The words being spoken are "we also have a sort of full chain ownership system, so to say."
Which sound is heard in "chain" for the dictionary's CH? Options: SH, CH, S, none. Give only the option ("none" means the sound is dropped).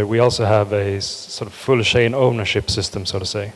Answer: SH